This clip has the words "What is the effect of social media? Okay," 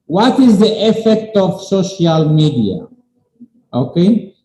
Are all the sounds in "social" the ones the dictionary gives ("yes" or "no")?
yes